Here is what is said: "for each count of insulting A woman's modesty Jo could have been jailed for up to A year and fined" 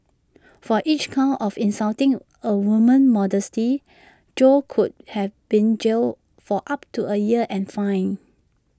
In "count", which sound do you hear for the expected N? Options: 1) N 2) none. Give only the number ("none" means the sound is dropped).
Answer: 2